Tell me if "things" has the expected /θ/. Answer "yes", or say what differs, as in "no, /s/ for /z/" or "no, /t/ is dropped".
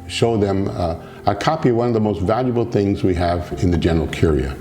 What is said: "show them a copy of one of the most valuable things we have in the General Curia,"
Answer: yes